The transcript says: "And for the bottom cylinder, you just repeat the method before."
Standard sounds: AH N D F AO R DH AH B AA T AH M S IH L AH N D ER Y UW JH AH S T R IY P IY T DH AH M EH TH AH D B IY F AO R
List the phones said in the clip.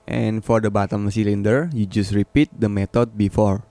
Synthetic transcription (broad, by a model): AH N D F AO R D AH B AA T AH M S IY L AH N D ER Y UW JH AH S T R IY P IY T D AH M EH T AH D B IY F AO R